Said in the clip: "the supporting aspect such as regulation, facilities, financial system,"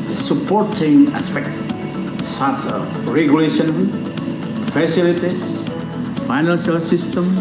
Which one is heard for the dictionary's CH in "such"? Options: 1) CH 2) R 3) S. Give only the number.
3